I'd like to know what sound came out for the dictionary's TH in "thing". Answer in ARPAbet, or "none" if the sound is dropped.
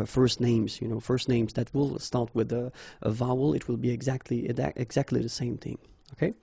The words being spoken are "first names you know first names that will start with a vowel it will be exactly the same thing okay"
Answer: TH